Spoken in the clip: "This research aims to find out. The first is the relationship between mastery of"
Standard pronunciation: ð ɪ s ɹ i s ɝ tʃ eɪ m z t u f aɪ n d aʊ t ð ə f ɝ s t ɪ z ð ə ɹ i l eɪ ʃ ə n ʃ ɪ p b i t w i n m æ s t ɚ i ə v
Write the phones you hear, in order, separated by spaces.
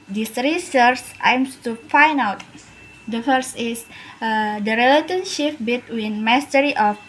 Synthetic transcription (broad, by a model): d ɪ s ɹ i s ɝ s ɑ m s t u f aɪ n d aʊ t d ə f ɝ s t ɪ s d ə ɹ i l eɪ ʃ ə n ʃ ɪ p b i t w i n m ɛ s t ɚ i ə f